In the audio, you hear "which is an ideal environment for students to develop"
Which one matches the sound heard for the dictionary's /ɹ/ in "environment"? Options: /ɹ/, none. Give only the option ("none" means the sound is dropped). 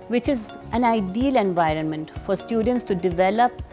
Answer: /ɹ/